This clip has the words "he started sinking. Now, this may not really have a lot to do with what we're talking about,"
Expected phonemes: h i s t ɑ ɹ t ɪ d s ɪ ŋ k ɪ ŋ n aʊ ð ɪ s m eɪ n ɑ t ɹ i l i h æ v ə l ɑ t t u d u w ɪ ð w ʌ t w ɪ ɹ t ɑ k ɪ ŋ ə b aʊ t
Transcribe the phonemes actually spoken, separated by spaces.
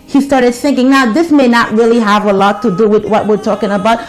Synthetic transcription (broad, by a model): h i s t ɑ ɹ t ɪ d θ ɪ ŋ k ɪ ŋ n aʊ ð ɪ s m eɪ n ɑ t ɹ i l i h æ v ə l ɑ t t u d u w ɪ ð w ʌ t w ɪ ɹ t ɑ k ɪ ŋ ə b aʊ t